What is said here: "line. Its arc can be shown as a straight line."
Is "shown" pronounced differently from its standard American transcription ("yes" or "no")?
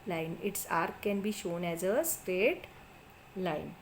no